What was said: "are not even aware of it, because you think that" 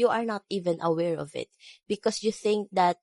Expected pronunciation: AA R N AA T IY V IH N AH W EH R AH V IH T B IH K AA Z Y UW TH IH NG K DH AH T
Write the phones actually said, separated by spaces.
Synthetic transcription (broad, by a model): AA R N AA T IY V IH N AH W EH R AH V IH T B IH K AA S Y UW TH IH NG K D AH T